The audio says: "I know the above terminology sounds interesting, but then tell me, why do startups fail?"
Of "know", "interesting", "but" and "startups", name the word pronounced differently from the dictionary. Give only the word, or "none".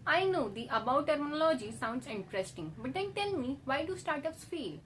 startups